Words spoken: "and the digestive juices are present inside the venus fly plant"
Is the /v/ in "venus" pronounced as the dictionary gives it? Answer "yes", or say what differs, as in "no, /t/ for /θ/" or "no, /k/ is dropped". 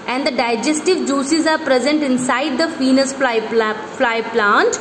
no, /f/ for /v/